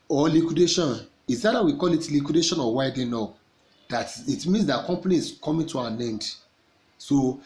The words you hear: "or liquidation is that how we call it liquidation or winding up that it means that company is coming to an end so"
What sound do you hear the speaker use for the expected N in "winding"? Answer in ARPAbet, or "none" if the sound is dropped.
none